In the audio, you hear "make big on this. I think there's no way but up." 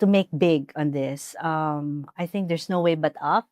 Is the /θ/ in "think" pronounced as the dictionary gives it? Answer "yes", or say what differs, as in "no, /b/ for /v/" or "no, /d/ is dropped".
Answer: yes